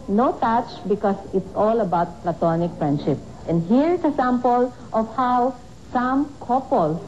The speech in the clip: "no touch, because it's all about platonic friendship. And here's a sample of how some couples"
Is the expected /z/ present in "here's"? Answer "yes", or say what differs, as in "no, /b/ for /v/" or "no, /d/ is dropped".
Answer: no, /s/ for /z/